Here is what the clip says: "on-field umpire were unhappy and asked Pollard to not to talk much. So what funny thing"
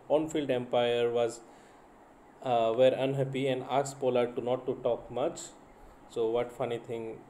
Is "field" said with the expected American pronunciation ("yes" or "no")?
yes